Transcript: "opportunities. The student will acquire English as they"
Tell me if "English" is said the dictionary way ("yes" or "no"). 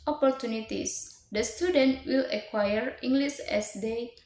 no